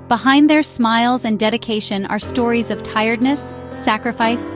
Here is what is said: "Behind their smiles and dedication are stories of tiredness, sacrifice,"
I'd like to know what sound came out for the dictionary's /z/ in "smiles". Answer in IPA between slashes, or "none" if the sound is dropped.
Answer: /z/